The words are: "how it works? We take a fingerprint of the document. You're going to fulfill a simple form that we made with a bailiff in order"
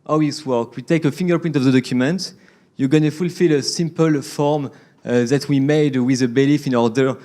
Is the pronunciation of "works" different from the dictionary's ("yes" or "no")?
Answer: yes